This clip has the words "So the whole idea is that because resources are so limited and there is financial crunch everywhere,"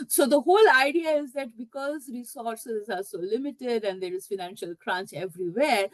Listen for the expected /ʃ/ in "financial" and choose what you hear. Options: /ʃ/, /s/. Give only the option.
/ʃ/